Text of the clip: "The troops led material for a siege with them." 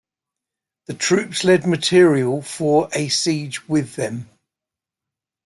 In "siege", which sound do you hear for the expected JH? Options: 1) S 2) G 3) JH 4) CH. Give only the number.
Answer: 3